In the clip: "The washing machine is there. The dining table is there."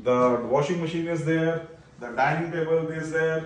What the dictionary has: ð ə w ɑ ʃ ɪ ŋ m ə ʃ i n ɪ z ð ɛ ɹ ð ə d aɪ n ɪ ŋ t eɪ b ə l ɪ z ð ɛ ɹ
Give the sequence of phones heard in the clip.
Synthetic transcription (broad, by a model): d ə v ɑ ʃ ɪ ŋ m ə ʃ i n ɪ z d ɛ ɹ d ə d aɪ n ɪ ŋ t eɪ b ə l ɪ z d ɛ ɹ